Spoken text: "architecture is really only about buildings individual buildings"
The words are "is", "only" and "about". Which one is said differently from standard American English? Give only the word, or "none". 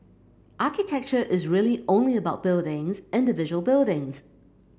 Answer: none